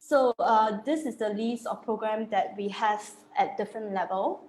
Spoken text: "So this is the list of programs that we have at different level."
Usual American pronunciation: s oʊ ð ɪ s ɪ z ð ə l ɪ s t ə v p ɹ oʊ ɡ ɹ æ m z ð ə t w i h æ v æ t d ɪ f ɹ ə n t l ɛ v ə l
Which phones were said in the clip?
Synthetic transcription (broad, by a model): s oʊ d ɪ s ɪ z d ə l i s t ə f p ɹ oʊ ɡ ɹ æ m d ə t w i h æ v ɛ t d ɪ f ɹ ə n t l ɛ v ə l